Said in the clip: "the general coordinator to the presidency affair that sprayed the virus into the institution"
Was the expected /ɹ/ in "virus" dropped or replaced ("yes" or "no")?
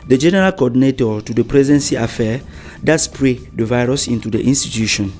no